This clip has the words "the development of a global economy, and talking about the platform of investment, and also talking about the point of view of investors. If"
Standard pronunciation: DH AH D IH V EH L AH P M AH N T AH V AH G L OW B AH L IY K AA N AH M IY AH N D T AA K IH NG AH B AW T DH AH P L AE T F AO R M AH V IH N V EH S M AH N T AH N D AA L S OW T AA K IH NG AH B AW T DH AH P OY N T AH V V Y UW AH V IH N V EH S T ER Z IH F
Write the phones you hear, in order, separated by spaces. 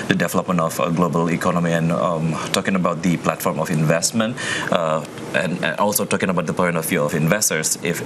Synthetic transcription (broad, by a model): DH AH D IH V EH L AH P M AH N T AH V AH G L OW B AH L IY K AA N AH M IY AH N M T AA K IH NG AH B AW T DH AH P L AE T F AO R M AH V IH N V EH S M AH N T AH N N AA L S OW T AA K IH NG AH B AW T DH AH P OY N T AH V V Y UW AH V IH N V EH S T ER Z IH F